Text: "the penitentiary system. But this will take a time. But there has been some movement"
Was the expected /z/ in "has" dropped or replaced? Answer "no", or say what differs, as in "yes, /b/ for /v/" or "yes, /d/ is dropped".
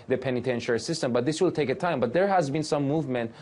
no